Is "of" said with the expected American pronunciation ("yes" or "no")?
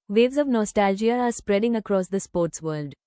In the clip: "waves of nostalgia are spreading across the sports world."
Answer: yes